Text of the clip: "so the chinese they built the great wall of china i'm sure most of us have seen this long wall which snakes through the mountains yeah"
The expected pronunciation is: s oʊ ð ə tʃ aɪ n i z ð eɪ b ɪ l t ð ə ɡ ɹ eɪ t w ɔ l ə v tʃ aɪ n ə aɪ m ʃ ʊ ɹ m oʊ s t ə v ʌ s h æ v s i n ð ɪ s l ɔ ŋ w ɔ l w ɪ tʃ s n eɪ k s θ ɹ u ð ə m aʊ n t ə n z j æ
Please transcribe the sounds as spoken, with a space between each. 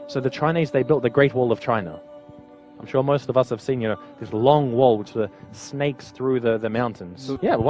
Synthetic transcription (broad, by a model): s oʊ ð ə tʃ aɪ n i z ð eɪ b ɪ l t ð ə ɡ ɹ eɪ t w ɔ l ə v tʃ aɪ n ə aɪ m ʃ ʊ ɹ m oʊ s t ə v ʌ s h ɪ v s i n ð ɪ s l ɔ ŋ w ɔ l w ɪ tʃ s n eɪ k s θ ɹ u ð ə m aʊ n t ə n z j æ